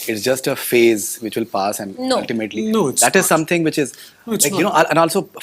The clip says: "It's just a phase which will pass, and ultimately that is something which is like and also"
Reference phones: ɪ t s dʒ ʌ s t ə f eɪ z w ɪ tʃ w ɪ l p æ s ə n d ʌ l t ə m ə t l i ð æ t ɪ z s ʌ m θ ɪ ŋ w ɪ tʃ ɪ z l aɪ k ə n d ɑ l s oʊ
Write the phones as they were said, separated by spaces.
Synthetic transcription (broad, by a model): ɪ t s dʒ ʌ s t ə f eɪ z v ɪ tʃ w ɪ l p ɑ s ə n d ʌ l t ə m ə t l i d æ t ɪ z s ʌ m t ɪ ŋ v ɪ tʃ ɪ z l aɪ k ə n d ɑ l s oʊ